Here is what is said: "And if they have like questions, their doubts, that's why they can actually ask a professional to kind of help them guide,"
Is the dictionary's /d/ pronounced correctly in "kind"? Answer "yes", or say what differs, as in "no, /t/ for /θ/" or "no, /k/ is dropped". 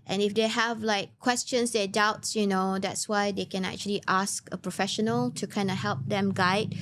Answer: yes